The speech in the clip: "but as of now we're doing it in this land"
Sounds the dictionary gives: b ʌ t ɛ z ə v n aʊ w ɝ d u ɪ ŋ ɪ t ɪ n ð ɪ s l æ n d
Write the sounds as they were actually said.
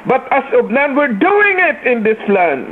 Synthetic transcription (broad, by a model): b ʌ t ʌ s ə b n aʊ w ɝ d u ɪ ŋ ɪ t ɪ n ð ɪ s l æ n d